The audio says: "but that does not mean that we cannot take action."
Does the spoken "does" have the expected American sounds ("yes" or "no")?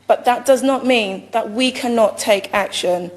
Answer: yes